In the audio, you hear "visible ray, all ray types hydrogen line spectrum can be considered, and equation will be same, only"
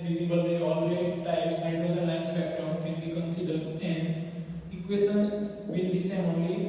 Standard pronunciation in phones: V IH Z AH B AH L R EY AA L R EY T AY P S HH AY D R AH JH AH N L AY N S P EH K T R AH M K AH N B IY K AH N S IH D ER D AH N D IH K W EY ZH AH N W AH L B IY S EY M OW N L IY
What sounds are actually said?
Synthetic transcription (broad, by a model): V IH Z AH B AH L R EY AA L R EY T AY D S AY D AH Z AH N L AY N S B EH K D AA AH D K AH N B IY K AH N S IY D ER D AH N D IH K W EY S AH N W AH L B IY S EY M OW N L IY